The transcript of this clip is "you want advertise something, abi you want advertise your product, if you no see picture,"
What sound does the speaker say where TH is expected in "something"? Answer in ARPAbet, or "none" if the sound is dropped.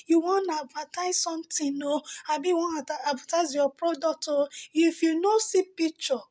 T